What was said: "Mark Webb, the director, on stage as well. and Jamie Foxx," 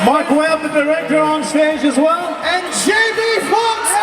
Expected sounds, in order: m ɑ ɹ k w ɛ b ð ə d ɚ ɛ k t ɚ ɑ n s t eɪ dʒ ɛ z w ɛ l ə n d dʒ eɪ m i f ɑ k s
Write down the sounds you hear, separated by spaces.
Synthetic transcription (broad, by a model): m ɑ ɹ k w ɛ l ð ə d ɚ ɛ k t ɚ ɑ n s t eɪ dʒ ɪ z w ɛ l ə n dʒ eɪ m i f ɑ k